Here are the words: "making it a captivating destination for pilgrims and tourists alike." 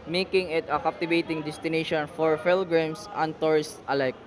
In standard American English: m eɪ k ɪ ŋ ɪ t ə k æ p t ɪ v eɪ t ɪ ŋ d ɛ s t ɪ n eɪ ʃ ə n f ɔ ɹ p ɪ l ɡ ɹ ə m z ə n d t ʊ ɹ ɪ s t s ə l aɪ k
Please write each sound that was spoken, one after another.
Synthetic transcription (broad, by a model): m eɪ k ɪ ŋ ɪ t ə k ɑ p t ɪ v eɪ t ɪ ŋ d ɛ s t ɪ n eɪ ʃ ə n f ɔ ɹ f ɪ l ɡ ɹ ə m s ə n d t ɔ ɹ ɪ s t ə l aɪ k